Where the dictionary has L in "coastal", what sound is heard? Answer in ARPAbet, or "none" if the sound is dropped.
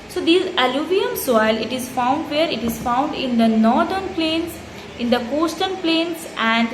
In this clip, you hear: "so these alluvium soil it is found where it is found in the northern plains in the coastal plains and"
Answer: N